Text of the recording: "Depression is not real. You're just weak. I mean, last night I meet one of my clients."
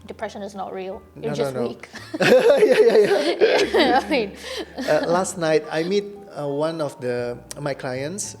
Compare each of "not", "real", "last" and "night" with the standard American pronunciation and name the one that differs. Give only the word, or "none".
none